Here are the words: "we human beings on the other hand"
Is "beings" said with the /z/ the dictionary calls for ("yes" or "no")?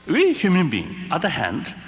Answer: no